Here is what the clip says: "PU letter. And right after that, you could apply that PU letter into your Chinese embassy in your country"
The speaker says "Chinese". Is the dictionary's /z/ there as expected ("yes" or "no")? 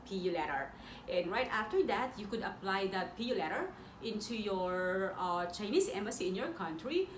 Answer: no